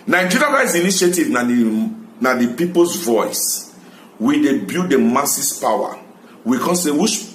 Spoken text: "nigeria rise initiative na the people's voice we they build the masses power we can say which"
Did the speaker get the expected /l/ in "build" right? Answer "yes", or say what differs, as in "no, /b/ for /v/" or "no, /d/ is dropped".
no, /l/ is dropped